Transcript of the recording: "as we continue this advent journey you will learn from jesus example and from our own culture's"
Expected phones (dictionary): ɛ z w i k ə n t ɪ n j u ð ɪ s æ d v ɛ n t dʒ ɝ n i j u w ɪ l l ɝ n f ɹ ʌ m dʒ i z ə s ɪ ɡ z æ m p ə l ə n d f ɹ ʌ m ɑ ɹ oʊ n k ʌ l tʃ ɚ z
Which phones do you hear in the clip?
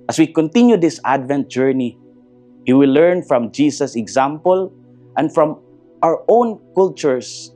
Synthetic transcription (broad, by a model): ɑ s w i k ə n t ɪ n j u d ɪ s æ d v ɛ n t dʒ ɝ n i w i w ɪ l l ɝ n f ɹ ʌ m dʒ i s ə s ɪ ɡ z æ m p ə l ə n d f ɹ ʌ m ɑ ɹ oʊ n k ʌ l tʃ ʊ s